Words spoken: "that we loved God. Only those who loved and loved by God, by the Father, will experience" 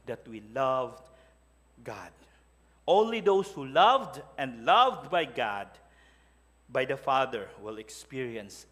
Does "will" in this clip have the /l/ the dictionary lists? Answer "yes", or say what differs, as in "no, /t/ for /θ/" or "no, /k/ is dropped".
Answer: yes